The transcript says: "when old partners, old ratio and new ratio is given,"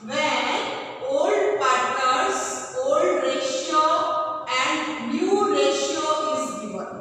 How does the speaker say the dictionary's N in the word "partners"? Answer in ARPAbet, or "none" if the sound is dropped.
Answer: none